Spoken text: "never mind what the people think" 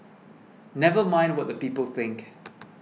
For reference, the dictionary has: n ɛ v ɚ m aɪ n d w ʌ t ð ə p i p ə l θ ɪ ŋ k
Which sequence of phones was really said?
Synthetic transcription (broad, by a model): n ɛ v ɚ m aɪ n d w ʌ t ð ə p i p ə l θ ɪ ŋ k